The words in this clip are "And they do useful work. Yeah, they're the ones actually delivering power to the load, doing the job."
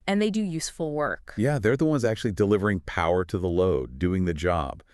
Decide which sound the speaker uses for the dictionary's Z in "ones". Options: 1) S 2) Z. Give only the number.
2